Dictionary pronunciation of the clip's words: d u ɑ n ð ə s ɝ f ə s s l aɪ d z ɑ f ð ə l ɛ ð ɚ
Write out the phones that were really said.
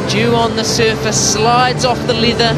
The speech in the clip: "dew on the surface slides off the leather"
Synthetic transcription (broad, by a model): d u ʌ n ð ə s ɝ f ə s s l aɪ d z ɑ f ð ə l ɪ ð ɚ